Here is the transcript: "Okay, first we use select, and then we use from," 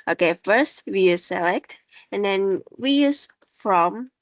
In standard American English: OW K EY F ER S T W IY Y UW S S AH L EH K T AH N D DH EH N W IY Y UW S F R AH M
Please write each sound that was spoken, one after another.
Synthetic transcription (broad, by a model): OW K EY F ER S T W IY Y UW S S AH L EH K T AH N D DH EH N W IY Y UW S F R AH M